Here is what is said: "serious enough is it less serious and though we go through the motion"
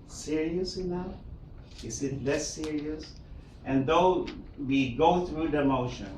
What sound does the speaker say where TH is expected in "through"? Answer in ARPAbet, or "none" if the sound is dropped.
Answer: TH